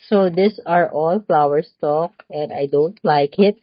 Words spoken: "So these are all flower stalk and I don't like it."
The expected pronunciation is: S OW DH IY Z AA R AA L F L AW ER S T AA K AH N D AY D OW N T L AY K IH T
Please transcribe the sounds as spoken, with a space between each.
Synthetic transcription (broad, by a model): S OW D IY S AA R AA L F L AW ER S T AA K AH N D AY D OW N T L AY K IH T